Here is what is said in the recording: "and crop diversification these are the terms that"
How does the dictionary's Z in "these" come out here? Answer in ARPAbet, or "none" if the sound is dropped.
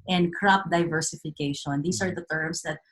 S